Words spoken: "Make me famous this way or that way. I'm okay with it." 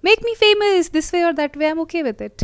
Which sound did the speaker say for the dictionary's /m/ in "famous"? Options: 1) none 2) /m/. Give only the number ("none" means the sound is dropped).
2